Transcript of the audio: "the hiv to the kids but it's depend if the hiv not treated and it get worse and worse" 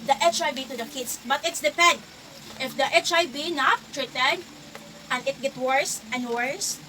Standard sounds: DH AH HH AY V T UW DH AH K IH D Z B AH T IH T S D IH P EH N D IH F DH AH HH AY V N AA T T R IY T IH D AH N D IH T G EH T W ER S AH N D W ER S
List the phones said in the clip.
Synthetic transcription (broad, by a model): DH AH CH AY B T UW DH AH K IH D S B AH T IH T S D IH P EH N D IH F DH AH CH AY B N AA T T R IY T IH D AH N D IH T G EH T W ER S AH N D W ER S